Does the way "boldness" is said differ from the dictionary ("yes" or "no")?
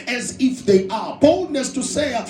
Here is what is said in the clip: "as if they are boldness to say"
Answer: no